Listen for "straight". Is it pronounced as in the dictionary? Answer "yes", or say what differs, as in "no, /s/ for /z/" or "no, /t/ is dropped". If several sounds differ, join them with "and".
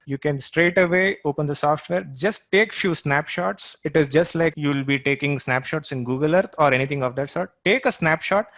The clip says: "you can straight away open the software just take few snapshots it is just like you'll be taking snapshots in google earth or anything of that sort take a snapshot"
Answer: yes